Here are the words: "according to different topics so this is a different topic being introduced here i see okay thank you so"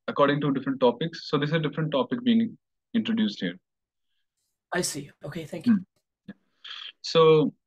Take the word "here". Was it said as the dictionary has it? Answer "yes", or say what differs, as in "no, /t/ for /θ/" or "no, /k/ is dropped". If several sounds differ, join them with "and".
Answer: yes